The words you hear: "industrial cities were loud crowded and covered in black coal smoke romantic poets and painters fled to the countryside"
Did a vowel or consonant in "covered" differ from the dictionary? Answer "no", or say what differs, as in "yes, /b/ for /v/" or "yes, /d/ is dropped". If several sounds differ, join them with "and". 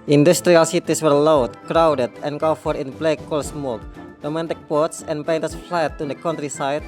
yes, /f/ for /v/